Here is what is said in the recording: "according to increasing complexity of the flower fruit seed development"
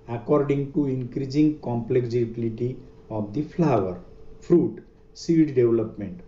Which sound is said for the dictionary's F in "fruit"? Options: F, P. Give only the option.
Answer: P